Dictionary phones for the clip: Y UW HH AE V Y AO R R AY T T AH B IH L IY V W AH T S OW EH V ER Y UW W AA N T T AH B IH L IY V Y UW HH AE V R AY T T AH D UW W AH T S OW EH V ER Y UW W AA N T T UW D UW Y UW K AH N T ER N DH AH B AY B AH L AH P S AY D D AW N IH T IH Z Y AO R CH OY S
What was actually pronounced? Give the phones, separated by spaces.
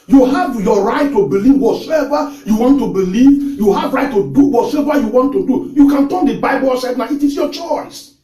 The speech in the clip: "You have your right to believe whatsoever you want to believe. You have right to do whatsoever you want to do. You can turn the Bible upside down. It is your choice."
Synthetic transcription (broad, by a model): Y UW HH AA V Y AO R R AY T T AH B IH L IY V W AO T S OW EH V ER Y UW W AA N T T AH B IH L IY V Y UW HH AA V R AY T T AH D UW W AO T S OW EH V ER Y UW W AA N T T UW D UW Y UW K AH N T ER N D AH B AY B AH L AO S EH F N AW IH T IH S Y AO CH OY S